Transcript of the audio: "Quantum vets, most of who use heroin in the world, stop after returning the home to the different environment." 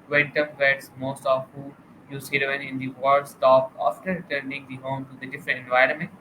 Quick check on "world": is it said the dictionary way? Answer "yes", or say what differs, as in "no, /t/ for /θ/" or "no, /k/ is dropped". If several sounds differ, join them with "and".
no, /l/ is dropped